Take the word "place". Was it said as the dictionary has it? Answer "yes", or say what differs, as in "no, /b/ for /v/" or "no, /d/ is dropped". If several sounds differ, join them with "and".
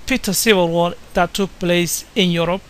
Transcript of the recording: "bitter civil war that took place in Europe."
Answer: yes